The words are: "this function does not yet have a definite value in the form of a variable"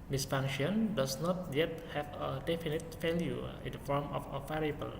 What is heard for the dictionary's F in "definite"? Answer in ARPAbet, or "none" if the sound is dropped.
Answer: F